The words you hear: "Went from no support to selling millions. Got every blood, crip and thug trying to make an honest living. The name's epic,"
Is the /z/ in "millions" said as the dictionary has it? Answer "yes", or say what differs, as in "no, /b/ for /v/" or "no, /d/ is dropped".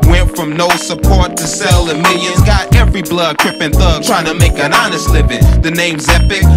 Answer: no, /z/ is dropped